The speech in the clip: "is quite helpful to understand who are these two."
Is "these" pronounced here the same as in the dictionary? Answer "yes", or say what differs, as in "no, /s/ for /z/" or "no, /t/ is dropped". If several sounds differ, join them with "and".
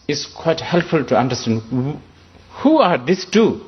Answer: no, /s/ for /z/